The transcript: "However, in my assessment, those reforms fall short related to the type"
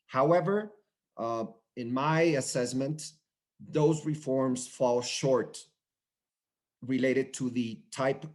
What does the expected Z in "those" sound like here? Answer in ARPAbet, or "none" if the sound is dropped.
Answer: Z